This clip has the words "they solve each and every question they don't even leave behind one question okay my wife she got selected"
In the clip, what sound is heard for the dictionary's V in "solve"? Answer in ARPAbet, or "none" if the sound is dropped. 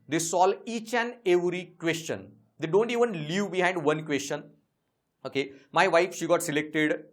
none